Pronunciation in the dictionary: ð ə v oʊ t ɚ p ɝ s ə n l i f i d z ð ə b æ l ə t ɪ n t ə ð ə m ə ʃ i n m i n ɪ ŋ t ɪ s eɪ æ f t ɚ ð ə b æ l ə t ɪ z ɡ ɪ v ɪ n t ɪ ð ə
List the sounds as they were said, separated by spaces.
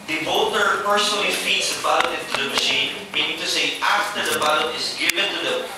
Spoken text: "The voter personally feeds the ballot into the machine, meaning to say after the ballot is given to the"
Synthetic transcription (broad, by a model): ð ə b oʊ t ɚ p ɝ s ə n l i f i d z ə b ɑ ə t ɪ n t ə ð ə m ə ʃ i n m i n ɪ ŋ t ɪ s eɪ æ f t ɚ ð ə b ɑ ə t ɪ z ɡ ɪ v ɪ n t ɪ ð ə